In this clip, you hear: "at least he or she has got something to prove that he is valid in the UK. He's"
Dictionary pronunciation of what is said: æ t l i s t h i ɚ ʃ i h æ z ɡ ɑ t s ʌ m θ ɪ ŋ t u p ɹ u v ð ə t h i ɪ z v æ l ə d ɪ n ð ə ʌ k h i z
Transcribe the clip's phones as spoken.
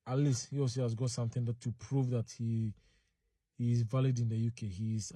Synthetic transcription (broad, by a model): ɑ t l i s t h i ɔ s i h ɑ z ɡ ɑ t s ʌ m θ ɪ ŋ t u p ɹ u v ð ə t h i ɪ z v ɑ l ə d ɪ n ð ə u k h i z